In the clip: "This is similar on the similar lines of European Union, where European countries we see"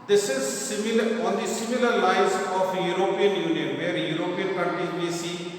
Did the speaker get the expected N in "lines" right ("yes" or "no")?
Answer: no